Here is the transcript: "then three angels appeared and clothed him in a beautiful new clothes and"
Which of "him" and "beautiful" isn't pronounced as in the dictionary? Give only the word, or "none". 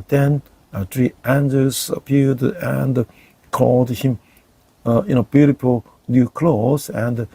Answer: beautiful